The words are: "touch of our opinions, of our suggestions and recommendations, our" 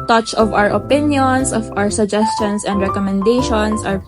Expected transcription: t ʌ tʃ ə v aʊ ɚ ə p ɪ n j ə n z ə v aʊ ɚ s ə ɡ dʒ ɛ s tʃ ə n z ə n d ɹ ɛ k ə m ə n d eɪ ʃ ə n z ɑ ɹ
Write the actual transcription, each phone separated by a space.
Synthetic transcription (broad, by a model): t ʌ tʃ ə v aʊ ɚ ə p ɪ n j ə n s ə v aʊ ɚ s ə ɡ dʒ ɛ s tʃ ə n s ə n d ɹ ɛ k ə m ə n d eɪ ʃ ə n s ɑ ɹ